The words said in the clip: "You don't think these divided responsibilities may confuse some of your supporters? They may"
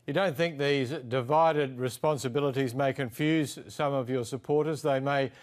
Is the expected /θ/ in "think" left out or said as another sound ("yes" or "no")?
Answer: no